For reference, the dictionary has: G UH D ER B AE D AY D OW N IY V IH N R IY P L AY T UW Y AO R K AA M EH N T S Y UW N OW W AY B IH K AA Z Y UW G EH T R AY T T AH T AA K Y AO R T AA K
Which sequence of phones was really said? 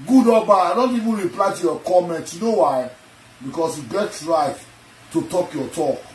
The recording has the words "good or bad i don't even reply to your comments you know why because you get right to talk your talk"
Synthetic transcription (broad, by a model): G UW D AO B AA AY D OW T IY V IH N R IY P L AY T UW Y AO K AA M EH N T Y UW N OW W AY B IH K AA S Y UW G EH T R AY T T AH T AA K Y AO T AA K